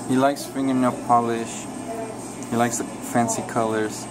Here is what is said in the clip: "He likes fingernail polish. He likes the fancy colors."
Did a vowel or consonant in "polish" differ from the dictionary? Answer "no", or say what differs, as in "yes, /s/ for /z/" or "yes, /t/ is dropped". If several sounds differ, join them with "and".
no